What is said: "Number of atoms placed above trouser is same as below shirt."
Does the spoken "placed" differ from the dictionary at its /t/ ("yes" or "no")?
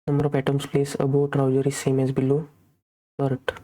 yes